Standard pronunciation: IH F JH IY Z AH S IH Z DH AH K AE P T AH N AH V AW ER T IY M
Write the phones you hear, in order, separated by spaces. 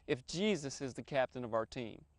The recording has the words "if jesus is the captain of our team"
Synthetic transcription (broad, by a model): IH F JH IY Z AH S IH Z DH AH K AE P T AH N AH V AW ER T IY M